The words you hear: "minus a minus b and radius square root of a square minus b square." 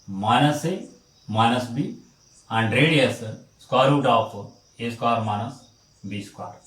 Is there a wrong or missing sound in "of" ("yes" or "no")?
yes